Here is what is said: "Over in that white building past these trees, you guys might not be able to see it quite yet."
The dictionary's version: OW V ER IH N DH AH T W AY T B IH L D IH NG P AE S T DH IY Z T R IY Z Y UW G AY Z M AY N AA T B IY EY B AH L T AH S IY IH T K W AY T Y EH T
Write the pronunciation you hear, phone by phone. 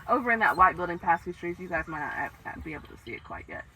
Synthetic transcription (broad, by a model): OW V ER IH N DH AH T W AY T B IH L D IH NG P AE S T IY T R IY Z Y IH G AY Z M AY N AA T B IY EY B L T AH S IY IH T K W AY T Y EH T